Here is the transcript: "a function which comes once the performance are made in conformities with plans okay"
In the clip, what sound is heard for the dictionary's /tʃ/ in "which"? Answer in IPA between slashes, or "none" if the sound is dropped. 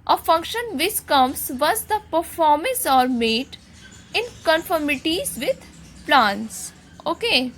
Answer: /s/